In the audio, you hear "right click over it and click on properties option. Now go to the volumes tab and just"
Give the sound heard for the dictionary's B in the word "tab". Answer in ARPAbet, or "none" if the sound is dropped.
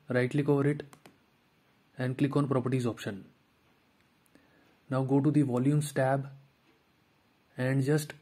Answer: B